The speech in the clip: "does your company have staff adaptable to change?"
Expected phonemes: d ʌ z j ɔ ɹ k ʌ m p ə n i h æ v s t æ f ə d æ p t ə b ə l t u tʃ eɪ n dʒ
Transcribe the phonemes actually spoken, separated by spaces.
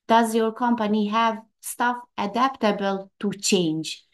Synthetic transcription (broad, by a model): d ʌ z j ɔ ɹ k ʌ m p ə n i h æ v s t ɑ f ə d æ p t ə b ə l t u tʃ eɪ n dʒ